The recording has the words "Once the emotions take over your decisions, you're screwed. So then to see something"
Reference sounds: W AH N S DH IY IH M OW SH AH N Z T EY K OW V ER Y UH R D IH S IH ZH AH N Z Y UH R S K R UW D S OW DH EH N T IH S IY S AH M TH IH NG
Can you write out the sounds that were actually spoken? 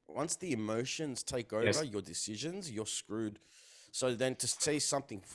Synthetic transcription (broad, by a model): W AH N S DH IY IH M OW SH AH N Z T EY K OW V ER Y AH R D IH S IH ZH AH N Z Y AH R S K R UW D S OW DH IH N T IH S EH S AH M TH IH NG